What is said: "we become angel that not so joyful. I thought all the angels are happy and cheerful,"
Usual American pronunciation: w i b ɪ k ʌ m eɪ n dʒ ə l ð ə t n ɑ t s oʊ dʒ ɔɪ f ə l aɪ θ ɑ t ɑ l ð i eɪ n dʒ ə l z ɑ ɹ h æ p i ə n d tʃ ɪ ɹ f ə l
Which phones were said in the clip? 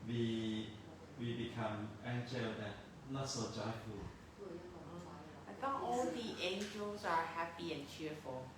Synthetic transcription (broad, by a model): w i b ɪ k ʌ m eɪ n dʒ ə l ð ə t n ɑ t s oʊ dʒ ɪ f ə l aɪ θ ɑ ɑ l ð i eɪ n dʒ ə l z ɑ ɹ h æ p i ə n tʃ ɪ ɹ f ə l